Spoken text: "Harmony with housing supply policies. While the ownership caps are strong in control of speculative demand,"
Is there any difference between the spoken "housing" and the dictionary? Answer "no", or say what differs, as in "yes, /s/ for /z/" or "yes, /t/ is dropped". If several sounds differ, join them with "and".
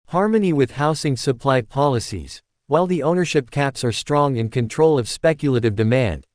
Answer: yes, /s/ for /z/